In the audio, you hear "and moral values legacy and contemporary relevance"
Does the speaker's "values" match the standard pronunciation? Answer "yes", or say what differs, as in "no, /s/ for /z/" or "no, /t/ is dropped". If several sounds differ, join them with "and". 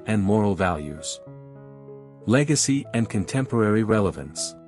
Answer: yes